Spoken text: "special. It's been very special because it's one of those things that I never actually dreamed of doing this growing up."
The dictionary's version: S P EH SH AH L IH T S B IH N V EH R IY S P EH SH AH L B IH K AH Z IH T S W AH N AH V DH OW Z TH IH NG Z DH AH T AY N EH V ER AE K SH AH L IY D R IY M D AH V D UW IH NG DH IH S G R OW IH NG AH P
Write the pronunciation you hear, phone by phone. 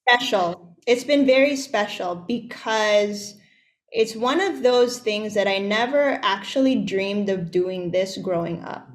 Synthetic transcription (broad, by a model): P EH SH L IH T S B IH N V EH R IY S P EH SH L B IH K AH Z IH T S W AH N AH V DH OW Z TH IH NG Z DH AH T AY N EH V ER AE K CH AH L IY D R IY M D AH V D UW IH NG DH IH S G R OW IH NG AH P